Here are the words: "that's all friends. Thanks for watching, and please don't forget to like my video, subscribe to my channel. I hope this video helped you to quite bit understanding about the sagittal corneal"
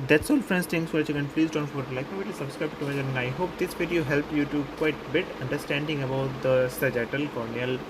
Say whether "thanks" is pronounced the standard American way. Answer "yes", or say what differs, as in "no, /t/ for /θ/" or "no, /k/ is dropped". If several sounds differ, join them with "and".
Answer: no, /k/ is dropped